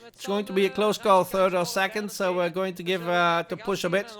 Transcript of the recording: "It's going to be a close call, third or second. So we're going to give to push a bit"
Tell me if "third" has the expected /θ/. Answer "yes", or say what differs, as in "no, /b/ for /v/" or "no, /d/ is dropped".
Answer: yes